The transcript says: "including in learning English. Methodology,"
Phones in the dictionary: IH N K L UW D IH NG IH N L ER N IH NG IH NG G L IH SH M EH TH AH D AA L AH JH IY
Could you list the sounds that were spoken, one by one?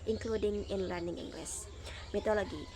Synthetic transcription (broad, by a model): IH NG K L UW D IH NG IH N L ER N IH NG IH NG G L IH S M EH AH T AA L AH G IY